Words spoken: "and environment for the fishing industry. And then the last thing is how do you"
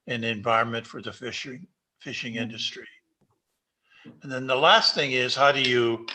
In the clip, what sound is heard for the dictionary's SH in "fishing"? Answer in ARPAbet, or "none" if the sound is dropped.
SH